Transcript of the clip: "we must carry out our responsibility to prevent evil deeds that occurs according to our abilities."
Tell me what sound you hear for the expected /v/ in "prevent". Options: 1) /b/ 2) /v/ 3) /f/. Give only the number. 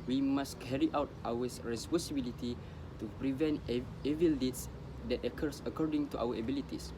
2